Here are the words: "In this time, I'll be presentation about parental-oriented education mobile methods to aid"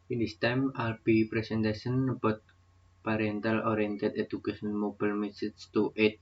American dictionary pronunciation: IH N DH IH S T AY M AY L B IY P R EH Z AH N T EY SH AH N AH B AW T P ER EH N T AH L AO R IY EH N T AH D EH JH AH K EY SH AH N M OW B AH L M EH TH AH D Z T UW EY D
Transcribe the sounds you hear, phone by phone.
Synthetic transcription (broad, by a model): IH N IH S T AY M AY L B IY P R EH S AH N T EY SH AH N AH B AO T P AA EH N T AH L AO R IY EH N T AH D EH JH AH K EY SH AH N M OW B AH L M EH S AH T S T UW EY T